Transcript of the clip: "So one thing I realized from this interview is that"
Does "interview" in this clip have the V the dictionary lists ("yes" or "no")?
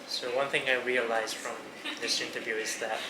yes